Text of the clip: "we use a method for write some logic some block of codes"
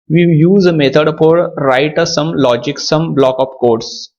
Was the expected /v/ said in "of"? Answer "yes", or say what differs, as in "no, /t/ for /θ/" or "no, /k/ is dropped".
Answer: no, /p/ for /v/